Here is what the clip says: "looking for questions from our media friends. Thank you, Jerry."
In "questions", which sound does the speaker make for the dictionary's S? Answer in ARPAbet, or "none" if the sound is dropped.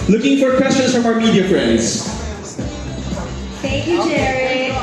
S